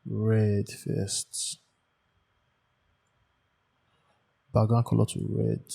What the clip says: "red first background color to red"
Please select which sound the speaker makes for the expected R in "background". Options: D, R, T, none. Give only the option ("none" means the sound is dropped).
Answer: none